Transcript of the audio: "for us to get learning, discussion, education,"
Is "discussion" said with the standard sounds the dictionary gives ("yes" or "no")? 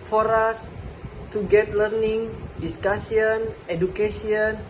no